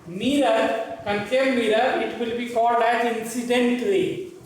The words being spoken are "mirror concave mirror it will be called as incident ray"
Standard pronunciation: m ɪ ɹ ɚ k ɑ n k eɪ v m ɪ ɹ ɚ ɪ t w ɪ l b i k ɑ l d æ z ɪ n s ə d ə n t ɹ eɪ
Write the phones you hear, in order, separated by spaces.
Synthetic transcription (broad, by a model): m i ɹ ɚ k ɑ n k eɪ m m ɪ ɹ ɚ ɪ t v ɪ l b i k ɑ l d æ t ɪ n s ə d ə n t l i